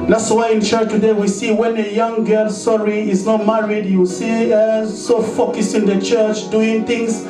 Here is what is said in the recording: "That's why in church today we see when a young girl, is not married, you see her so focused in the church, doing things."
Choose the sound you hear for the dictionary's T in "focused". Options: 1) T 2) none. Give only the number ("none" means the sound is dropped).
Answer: 2